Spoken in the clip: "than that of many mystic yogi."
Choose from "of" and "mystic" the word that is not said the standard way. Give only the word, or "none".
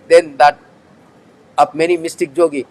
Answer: of